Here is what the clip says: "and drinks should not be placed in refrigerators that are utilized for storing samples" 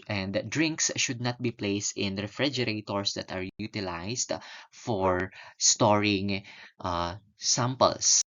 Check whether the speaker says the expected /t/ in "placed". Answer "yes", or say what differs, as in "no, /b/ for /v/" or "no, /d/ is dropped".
yes